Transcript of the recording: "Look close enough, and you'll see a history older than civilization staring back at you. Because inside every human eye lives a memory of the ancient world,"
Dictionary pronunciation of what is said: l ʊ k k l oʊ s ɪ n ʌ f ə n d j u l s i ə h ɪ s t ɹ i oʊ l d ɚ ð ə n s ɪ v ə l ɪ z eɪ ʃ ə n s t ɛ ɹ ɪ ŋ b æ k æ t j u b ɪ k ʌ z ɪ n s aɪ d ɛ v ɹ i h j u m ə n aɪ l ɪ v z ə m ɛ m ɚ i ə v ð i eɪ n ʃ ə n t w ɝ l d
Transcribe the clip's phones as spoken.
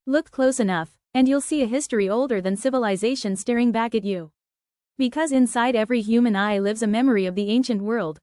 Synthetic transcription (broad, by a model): l ʊ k k l oʊ s ɪ n ʌ f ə n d j u l s i ə h ɪ s t ɹ i oʊ l d ɚ ð ə n s ɪ v ə l ɪ z eɪ ʃ ə n s t ɛ ɹ ɪ ŋ b æ k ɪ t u b ɪ k ʌ z ɪ n s aɪ d ɛ v ɹ i h j u m ə n aɪ l ɪ v z ə m ɛ m ɚ i ə v ð i eɪ n ʃ ə n t w ɝ l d